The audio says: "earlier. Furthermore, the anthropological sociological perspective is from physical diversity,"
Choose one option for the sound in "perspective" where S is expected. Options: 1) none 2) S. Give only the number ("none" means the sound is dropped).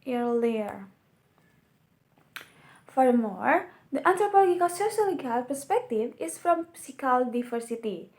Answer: 2